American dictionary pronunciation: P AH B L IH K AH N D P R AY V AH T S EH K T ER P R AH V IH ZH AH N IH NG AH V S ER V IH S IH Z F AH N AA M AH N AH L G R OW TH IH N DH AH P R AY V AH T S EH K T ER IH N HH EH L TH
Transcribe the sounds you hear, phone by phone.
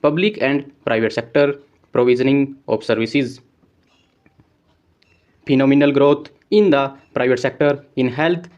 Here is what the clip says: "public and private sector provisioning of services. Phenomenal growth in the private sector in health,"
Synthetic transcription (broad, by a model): P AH B L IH K AH N D P R AY V AH T S EH K T ER P R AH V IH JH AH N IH NG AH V S ER V IH S IH Z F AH N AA M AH N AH L G R OW T IH N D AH P R AY V AH T S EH K T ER IH N HH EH L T